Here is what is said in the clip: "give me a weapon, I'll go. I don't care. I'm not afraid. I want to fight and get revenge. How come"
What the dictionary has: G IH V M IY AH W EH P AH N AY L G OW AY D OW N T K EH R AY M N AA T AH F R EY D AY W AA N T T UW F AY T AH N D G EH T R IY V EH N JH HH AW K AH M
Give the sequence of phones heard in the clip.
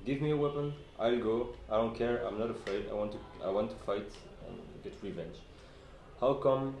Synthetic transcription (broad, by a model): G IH V M IY AH W EH P AH N AY L G OW AY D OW N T K EH R AY M N AA T AH F R EY D AY W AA N T T UW F AY T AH N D G EH T R IY V EH N JH HH AW K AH M